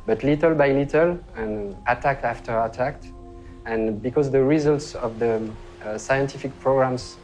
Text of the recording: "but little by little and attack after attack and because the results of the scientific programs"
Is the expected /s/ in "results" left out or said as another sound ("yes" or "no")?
no